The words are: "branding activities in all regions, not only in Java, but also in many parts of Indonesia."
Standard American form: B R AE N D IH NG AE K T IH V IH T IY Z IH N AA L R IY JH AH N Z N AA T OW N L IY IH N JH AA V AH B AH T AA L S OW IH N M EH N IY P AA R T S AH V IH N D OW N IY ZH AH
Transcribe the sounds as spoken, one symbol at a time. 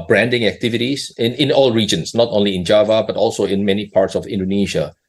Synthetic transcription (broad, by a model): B R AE N D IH NG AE K T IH V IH T IY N IH N AA L R IY JH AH N S N AA T OW N L IY IH N JH AA V AH B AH T AA L S OW IH N M EH N IY P AA R T S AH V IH N D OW N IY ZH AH